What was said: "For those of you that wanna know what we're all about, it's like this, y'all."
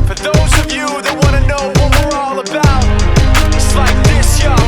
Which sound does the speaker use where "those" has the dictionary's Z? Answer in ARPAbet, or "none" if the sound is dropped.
Z